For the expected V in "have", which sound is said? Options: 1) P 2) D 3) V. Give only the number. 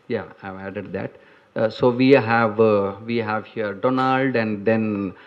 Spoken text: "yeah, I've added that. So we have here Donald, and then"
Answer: 3